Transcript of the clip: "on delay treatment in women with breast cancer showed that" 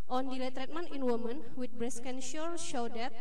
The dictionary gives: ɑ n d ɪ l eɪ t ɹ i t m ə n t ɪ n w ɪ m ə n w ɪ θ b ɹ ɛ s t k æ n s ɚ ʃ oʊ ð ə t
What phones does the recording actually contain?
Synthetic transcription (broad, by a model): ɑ n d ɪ l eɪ t ɹ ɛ t m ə n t ɪ n w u m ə n w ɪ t b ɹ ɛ s k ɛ n ʃ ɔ ʃ oʊ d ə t